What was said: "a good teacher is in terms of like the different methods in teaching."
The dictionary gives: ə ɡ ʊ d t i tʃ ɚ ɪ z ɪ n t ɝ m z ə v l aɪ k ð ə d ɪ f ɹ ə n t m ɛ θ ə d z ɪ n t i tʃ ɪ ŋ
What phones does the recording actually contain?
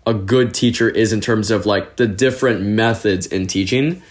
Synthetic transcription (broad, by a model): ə ɡ ʊ d t i tʃ ɚ ɪ z ɪ n t ɝ m z ə v l aɪ k ð ə d ɪ f ɹ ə n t m ɛ θ ə d z ɪ n t i tʃ ɪ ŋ